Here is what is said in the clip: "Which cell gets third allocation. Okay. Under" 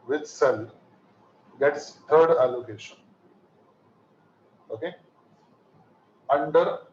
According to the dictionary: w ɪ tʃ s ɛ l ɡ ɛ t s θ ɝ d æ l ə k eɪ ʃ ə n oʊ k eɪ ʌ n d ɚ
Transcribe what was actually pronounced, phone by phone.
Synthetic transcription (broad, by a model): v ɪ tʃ s ɛ l ɡ ɛ t s t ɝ d æ l ə k eɪ ʃ ə n oʊ k eɪ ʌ n d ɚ